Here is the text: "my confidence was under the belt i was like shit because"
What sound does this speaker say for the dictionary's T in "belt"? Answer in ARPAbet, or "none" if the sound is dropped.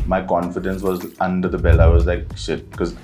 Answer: none